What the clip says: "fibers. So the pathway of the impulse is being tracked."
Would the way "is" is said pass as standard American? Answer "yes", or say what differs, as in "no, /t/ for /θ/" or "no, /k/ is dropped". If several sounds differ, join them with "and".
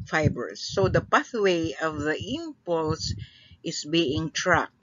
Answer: no, /s/ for /z/